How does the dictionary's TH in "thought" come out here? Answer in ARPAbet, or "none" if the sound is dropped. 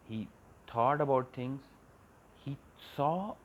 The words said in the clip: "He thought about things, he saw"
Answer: T